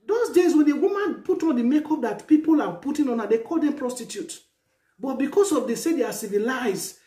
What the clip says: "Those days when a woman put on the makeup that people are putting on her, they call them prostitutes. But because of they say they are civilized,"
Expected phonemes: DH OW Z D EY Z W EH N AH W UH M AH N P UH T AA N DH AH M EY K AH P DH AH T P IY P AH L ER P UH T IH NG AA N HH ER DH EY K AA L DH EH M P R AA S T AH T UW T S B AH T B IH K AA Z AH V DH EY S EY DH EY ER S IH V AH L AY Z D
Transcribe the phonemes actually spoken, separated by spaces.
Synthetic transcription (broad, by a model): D OW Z D EY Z W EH N AH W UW M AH N P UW T AA N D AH M EY K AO P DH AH T P IY P AH L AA P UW T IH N AA N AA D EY K AA L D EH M P R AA S T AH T UW T B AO T B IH K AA S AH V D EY S EY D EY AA S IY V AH L AY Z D